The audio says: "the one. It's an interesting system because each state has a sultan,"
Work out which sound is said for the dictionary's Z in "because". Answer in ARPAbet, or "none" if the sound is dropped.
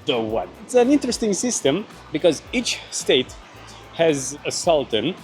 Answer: Z